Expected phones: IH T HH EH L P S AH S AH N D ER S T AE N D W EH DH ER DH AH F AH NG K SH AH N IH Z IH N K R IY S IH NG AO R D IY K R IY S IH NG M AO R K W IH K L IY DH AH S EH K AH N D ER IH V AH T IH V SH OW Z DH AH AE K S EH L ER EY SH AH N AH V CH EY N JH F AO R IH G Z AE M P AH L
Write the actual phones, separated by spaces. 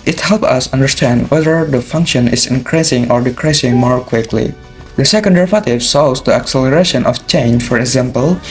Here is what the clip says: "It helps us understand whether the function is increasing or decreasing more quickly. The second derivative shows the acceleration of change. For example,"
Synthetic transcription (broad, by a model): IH T HH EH L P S AH S AH N D ER S T AE N D W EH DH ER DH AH F AH NG K SH AH N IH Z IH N K R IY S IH NG AO R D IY K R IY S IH NG M AO R K W IH K L IY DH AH S EH K AH N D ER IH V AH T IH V S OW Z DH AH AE K S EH L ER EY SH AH N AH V CH EY N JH F AO R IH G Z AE M P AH L